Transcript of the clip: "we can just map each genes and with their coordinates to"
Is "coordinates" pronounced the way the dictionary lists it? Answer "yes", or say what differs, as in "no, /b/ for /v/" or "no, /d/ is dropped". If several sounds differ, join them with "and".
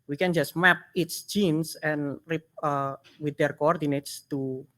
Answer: yes